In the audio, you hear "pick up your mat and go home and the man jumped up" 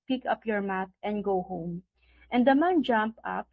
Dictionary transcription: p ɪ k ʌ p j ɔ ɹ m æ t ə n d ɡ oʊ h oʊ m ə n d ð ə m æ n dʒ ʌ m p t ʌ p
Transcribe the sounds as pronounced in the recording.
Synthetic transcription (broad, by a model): p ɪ k ʌ p j ɔ ɹ m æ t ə n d ɡ oʊ h oʊ m ə n d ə m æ n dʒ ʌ m p ʌ p